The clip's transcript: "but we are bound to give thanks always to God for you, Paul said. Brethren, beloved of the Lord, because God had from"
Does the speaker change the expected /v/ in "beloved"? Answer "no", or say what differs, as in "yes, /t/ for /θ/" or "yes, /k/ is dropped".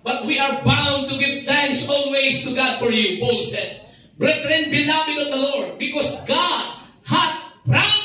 yes, /w/ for /v/